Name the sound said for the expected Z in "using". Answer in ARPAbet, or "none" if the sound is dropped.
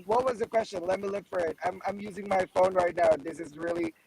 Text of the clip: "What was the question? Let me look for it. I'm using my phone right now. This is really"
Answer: Z